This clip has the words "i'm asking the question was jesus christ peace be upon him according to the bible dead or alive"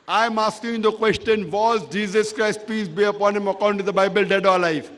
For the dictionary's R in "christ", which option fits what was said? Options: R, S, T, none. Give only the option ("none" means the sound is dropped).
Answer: R